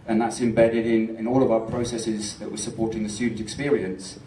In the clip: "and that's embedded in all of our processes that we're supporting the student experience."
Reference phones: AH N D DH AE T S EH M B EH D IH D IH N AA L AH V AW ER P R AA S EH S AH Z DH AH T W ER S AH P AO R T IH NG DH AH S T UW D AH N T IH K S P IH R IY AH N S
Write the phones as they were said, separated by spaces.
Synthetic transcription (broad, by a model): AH N DH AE T S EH M B EH D IH D IH N AA L AH V AW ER P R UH S EH S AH Z DH AH T W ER S AH P AO R T IH NG DH AH S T UW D N T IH K S P IH R IY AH N S